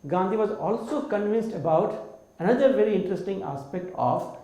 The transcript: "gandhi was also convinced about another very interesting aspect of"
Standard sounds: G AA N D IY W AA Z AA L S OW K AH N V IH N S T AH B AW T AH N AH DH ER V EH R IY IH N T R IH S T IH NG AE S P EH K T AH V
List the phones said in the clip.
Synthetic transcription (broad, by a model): G AA N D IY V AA Z AA L S OW K AH N V IH N S T AH B AW T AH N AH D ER V EH R IY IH N T R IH S T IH NG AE S P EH K T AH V